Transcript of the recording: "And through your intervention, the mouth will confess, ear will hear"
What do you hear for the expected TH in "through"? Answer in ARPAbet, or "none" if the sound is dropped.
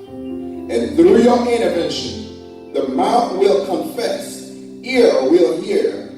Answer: TH